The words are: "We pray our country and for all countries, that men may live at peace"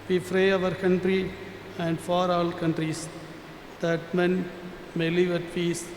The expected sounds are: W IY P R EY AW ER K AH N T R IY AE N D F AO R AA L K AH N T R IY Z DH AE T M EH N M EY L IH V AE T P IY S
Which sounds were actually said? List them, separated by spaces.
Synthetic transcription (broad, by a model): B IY F R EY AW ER K AH N T R IY AE N D F AO R AA L K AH N T R IY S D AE T M EH N M EY L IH V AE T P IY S